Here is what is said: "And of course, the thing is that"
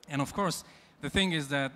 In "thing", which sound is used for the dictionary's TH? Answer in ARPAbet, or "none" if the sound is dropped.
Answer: TH